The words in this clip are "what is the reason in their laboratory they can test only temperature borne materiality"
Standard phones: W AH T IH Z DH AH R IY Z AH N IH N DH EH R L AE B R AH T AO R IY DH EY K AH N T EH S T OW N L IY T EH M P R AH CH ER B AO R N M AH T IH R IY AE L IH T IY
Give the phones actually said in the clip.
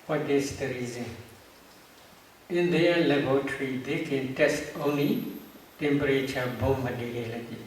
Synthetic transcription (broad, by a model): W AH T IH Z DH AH R IY Z AH N IH N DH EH L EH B AH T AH R IY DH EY K AH N T EH S T OW N L IY T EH M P R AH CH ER B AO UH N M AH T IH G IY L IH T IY